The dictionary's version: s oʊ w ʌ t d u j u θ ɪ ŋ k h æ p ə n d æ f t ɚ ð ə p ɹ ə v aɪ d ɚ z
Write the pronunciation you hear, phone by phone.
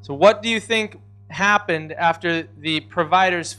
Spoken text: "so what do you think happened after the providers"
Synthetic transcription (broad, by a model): s oʊ w ʌ t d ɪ j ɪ θ ɪ ŋ k h æ p ə n d æ f t ɚ ð ə p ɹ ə v aɪ d ɚ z